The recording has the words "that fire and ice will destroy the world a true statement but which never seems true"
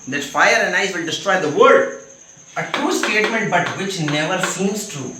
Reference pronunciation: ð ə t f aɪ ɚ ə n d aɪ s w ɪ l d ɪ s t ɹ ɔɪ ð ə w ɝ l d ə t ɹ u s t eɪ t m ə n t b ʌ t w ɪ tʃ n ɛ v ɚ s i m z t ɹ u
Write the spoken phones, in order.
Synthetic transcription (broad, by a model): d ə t f aɪ ɚ ə n d aɪ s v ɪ l d ɪ s t ɹ ɔɪ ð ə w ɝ d ə t u s t eɪ t m ə n t b ʌ t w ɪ tʃ n ɛ v ɚ s i m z t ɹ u